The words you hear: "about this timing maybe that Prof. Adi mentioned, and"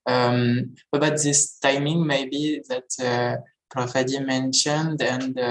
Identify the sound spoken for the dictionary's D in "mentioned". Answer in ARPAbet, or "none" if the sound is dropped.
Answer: D